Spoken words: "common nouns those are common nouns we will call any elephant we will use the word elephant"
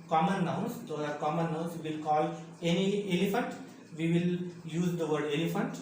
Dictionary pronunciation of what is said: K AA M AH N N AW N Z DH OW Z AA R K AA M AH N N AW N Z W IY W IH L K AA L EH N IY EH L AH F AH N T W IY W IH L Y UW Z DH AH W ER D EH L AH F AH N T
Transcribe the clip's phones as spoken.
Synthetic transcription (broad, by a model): K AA M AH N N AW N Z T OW AA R K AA M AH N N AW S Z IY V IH L K AA L EH N IY EH L AH F AH N T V IY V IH L Y UW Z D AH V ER D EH L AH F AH N T